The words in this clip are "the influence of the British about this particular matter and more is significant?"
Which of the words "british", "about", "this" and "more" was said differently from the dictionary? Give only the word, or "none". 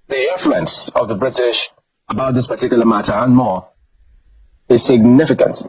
none